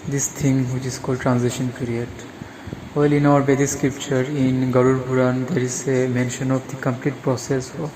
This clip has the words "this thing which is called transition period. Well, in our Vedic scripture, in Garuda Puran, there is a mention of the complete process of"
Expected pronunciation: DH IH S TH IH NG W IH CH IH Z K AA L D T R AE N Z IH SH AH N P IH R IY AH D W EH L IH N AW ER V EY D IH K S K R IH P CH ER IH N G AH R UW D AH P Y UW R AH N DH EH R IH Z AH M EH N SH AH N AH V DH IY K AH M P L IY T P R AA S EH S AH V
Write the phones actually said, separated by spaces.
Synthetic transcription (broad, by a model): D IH S T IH NG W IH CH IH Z K AA L D T R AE N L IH SH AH N P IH R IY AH D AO L IH N AW ER B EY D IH S K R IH P CH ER IH N G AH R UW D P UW R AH N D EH R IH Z AH M EH N SH AH N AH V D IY K AH M P L IY T P R AA S EH S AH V